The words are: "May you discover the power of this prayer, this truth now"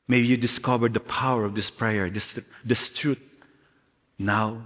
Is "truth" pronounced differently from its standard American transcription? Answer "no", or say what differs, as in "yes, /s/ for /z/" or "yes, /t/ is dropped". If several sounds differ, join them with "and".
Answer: yes, /t/ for /θ/